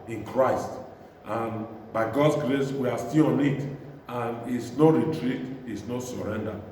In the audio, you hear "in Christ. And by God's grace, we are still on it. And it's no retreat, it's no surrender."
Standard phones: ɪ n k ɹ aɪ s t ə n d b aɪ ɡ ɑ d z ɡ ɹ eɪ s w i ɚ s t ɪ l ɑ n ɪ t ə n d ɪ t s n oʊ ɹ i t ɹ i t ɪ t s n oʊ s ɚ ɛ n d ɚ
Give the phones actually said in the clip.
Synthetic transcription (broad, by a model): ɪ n k ɹ aɪ s t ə n b aɪ ɡ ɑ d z ɡ ɹ eɪ s w i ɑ s t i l ɑ n ɪ t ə n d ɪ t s n oʊ ɹ i t ɹ i t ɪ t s n oʊ s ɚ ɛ n d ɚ